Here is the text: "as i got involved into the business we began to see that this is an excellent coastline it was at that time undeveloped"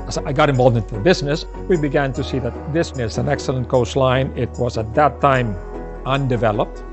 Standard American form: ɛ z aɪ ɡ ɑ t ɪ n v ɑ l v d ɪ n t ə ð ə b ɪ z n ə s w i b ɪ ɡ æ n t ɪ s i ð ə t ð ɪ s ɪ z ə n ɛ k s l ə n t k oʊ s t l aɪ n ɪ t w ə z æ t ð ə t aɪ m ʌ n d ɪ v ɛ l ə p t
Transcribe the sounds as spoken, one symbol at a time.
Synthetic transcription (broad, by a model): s aɪ ɡ ɑ t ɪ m v ɑ l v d ɪ n t ə ð ə b ɪ z n ə s w i b ɪ ɡ æ n t ɪ s i ð ə t ð ɪ s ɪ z ə n ɛ k s l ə n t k oʊ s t l aɪ n ɪ t w ə z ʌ t ð ə t aɪ m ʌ n d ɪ v ɛ l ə p t